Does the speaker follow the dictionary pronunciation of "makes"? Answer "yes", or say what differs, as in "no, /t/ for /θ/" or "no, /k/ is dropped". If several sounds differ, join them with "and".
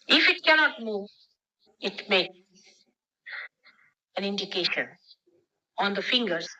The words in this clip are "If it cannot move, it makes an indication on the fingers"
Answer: no, /s/ is dropped